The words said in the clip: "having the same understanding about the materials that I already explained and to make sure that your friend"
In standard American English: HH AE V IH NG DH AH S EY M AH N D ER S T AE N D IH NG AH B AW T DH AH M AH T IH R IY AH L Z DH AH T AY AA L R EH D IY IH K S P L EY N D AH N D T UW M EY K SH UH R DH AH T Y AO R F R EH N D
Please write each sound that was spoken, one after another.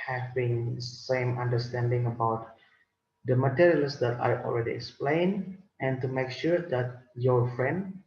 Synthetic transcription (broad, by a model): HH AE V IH NG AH S EY M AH N D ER S T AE N D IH NG AH B AW T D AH M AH T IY R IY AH L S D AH T AY AA L R EH D IY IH K S P L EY N AH N T UW M EY K SH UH R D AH T Y AO R F R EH N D